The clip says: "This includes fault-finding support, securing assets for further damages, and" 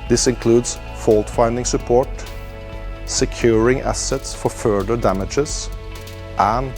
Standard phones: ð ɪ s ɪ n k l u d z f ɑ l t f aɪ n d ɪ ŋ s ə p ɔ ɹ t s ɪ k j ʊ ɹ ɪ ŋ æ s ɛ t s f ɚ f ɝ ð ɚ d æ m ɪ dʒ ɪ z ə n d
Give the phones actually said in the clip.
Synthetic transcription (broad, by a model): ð ɪ s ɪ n k l u d s f ɑ l t f aɪ n d ɪ ŋ s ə p ɔ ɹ t s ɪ k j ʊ ɹ ɪ ŋ æ s ɛ t s f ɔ f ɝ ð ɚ d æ m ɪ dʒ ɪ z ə n